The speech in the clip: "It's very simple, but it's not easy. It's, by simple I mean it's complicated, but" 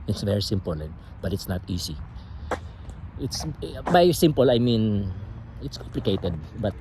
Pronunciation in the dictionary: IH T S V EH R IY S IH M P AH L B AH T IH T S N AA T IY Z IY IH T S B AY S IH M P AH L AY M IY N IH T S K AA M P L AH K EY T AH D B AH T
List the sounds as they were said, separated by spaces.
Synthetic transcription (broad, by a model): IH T S V EH R IY S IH M P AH L B AH T IH T S N AA T IY S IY IH T S B AY S IH M P AH L AY M IY N IH T S K AA M P L AH K EY T AH D B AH T